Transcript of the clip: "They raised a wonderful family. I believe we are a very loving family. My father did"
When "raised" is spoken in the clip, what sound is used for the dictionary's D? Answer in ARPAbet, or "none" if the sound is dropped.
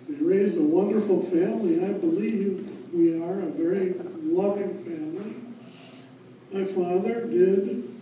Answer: none